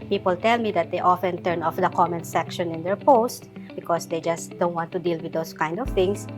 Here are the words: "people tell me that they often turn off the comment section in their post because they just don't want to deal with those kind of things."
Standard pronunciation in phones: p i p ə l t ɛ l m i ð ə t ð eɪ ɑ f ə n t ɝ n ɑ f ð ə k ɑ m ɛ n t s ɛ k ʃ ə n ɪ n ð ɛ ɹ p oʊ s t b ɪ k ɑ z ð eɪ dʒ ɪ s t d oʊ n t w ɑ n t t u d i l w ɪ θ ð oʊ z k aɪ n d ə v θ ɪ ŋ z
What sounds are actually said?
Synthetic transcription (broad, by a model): p i p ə l t ɛ l m i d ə t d eɪ ɑ f ə n t ɝ n ɑ f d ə k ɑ m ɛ n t s ɛ k ʃ ə n ɪ n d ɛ ɹ p oʊ s t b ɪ k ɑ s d eɪ dʒ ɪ s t d oʊ n t w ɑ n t t u d i l w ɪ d oʊ s k aɪ n d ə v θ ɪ ŋ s